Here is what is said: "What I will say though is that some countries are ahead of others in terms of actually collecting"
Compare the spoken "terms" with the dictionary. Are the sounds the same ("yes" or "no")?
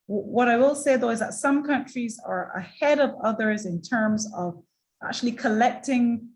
yes